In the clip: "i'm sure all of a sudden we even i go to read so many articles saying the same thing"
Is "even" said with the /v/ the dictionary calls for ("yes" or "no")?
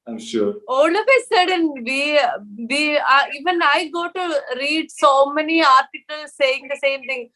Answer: yes